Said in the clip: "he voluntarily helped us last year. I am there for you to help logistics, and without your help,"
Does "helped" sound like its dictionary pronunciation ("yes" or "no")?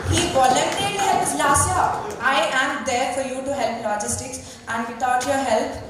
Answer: no